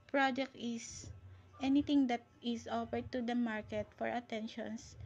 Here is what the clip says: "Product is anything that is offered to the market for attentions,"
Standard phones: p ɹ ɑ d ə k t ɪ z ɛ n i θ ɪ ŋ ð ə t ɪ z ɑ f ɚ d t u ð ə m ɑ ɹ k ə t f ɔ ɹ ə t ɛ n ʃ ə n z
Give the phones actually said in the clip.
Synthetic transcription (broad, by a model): p ɹ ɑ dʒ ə k t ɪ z ɛ n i t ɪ ŋ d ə t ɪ s ɑ f ɚ d t u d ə m ɑ ɹ k ə t f ɔ ɹ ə t ɛ n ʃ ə n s